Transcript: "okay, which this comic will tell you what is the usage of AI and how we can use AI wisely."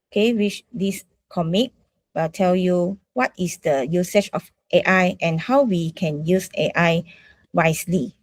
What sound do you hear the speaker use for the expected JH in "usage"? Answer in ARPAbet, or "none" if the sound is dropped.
CH